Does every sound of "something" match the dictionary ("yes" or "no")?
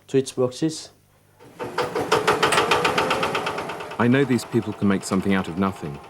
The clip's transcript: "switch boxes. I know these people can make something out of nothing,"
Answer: yes